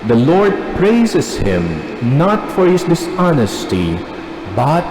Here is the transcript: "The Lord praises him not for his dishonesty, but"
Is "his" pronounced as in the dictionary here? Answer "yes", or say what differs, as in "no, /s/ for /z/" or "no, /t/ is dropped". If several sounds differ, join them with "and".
no, /s/ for /z/